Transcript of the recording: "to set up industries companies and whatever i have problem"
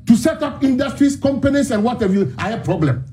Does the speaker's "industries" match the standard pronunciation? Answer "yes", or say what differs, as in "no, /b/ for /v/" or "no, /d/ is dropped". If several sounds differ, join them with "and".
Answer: no, /s/ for /z/